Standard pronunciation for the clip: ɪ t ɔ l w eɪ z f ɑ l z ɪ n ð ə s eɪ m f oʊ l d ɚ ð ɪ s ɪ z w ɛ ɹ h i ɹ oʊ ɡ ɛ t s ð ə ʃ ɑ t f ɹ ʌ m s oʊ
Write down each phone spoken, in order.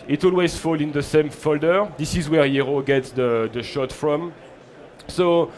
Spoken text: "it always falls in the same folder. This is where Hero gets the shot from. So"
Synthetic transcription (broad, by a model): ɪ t ɔ l w eɪ z f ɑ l ɪ n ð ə s eɪ m f oʊ l d ɚ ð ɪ s ɪ z w ɛ ɹ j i ɹ oʊ ɡ ɛ t s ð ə ʃ ɑ t f ɹ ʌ m s oʊ